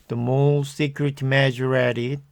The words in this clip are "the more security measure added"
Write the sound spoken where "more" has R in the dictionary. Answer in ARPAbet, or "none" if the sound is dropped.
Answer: L